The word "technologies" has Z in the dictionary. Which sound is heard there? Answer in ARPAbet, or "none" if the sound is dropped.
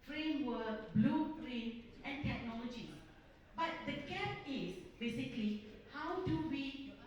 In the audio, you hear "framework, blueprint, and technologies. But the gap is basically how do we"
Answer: none